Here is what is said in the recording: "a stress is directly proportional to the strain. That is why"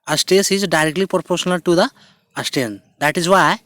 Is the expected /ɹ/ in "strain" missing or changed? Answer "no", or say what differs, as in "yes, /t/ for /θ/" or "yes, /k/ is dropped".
yes, /ɹ/ is dropped